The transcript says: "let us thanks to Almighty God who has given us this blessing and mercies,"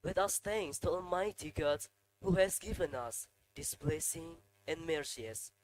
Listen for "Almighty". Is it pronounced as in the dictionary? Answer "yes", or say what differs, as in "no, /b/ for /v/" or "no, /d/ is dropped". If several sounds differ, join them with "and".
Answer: no, /l/ is dropped